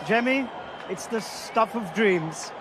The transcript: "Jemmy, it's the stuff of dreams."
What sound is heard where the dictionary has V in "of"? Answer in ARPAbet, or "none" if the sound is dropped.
V